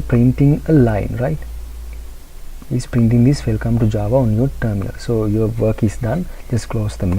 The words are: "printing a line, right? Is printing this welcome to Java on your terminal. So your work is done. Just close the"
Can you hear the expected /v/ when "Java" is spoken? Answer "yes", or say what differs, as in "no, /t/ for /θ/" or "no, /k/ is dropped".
yes